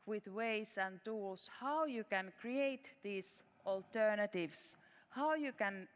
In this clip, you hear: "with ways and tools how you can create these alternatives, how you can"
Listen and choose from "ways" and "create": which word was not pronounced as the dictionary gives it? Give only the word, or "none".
ways